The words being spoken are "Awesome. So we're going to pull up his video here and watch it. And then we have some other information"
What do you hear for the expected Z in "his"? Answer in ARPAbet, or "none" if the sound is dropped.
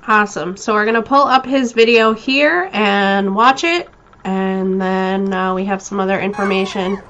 Z